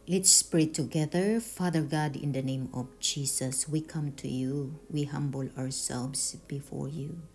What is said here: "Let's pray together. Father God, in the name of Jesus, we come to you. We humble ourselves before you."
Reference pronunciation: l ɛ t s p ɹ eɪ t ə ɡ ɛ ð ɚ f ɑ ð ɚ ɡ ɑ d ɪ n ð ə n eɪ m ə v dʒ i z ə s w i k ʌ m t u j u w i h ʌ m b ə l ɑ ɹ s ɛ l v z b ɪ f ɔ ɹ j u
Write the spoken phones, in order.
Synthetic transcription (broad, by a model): l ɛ t s p ɹ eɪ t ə ɡ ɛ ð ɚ f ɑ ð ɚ ɡ ɑ d ɪ n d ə n eɪ m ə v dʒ i s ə s w i k ʌ m t u j u w i h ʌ m b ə l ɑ ɹ s ɛ l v s b ɪ f ɔ ɹ j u